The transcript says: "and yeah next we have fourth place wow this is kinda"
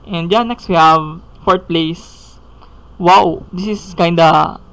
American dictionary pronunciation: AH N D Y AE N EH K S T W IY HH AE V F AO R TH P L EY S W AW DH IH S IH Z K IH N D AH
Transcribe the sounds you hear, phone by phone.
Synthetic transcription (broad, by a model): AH N D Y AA N EH K S T W IY HH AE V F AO R T P L EY S W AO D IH S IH S K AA N D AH